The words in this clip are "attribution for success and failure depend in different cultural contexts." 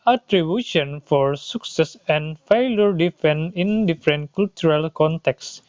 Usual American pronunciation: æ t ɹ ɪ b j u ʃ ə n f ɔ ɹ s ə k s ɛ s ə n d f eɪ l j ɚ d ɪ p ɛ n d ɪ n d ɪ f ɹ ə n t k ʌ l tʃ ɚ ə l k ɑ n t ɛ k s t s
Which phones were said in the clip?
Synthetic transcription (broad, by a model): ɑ t ɹ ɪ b j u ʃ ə n f ɔ ɹ s ə k s ɛ s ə n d f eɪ l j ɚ d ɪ f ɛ n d ɪ n d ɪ f ɹ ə n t k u l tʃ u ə l k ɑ n t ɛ k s s